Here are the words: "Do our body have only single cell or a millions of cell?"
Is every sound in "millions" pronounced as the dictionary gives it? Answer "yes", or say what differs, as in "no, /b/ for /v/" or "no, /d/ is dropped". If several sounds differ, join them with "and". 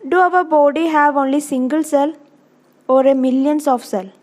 no, /s/ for /z/